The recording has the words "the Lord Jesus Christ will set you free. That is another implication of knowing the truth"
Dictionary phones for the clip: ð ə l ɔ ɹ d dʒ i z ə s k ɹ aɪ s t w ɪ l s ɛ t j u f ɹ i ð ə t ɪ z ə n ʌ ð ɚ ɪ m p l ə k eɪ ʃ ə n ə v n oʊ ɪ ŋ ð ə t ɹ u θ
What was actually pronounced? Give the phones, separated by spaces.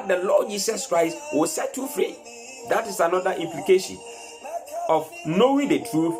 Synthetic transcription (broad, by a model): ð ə l ɔ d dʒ i s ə s k ɹ aɪ s t w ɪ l s ɛ t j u f ɹ i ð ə t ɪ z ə n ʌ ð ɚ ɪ m p l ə k eɪ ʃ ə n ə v n oʊ ɪ ŋ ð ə t ɹ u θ